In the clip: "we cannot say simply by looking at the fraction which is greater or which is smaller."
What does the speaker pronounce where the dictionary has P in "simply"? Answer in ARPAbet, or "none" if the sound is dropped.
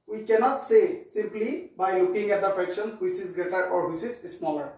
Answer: P